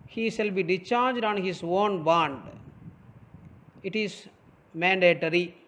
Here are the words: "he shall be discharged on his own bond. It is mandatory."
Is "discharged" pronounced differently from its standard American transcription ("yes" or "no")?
yes